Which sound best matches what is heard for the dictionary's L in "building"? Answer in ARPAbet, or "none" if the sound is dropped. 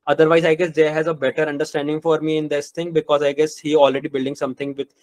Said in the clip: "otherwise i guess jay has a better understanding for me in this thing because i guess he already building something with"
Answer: L